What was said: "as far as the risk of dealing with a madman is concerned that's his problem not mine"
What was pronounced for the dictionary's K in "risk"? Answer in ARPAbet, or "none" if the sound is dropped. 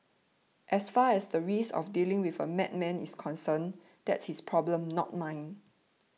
none